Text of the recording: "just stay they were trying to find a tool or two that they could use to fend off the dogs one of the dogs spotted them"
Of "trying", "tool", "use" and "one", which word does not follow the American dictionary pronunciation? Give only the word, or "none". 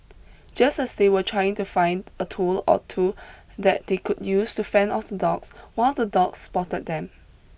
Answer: one